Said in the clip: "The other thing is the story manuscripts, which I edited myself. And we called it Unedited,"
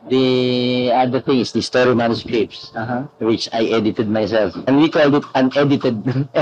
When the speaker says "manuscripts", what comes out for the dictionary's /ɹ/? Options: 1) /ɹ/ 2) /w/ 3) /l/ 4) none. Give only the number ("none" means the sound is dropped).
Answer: 4